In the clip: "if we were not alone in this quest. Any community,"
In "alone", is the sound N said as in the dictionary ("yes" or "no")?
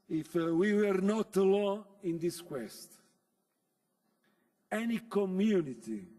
no